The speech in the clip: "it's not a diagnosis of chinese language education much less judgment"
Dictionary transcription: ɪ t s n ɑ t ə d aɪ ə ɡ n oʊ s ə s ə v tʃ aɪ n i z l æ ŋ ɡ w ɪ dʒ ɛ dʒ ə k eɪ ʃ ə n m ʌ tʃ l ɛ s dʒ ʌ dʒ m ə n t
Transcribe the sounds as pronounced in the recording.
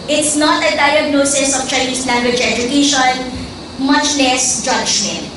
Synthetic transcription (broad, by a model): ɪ t s n ɑ t ə d aɪ ə ɡ n oʊ s ə s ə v tʃ aɪ n i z l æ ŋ ɡ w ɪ dʒ ɛ dʒ ə k eɪ ʃ ə n m ʌ tʃ l ɛ s dʒ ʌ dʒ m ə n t